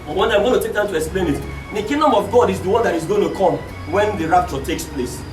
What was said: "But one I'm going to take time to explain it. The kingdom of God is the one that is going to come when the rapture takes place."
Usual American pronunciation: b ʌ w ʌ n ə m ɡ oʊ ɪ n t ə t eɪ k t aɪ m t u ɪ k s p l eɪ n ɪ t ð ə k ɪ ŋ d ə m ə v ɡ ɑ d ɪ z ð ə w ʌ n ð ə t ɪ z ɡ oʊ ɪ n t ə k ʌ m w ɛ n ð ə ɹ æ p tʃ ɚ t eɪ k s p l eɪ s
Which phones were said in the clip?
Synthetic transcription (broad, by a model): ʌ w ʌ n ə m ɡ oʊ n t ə t eɪ k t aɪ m t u ɪ k s p l eɪ n ɪ t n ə k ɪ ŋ d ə m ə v ɡ ɑ d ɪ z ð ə w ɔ n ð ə t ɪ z ɡ oʊ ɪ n t ə k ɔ m w ɛ n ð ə ɹ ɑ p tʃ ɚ t eɪ k s p l eɪ s